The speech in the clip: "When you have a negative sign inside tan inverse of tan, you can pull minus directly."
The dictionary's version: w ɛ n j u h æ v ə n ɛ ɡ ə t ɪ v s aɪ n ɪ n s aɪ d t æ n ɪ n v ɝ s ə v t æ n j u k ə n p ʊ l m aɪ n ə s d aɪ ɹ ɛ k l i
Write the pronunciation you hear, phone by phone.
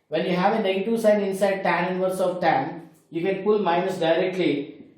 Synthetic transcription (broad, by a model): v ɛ n j u h æ v ə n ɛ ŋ t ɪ s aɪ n ɪ n s aɪ d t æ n ɪ n v ɝ s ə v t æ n j u k ə n p ʊ l m aɪ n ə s d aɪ ɹ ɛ k l i